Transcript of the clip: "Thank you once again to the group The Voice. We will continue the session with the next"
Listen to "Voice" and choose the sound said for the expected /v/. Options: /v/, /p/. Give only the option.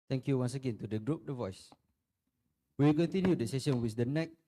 /v/